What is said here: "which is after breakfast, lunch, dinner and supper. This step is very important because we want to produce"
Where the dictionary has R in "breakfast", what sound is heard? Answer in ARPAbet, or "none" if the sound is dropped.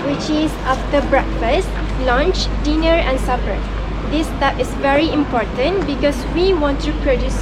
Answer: R